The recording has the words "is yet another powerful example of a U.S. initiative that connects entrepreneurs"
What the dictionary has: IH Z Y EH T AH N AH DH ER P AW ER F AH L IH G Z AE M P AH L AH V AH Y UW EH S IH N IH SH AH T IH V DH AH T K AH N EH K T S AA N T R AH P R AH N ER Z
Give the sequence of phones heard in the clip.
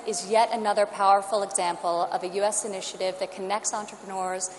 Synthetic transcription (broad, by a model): IH Z Y EH T AH N AH DH ER P AW ER F L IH G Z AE M P L AH V AH Y UW EH S IH N IH SH AH T IH V DH AH T K AH N EH K T S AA N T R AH P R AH N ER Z